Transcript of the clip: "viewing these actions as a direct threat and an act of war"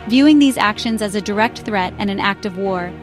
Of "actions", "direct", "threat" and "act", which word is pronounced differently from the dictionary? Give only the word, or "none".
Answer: none